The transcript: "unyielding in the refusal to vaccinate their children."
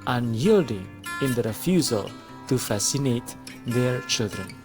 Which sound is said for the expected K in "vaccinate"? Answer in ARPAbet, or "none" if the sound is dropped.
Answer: none